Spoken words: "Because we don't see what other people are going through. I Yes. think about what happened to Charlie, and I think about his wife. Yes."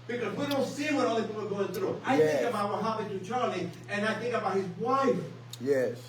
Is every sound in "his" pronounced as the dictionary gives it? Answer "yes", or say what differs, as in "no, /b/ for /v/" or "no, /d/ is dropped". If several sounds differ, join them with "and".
yes